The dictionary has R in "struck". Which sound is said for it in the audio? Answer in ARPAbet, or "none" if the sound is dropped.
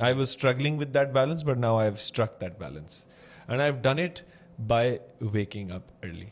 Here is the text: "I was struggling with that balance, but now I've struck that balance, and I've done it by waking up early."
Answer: R